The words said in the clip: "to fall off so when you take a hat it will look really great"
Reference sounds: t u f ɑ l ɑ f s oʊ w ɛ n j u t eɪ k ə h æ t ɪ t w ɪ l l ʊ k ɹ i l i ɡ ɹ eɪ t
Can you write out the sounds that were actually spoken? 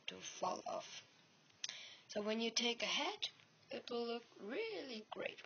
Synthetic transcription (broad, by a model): t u f ɑ l ɑ f s oʊ w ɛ n j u t eɪ k ə h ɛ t ɪ t w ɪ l l ʊ k ɹ i l i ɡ ɹ eɪ t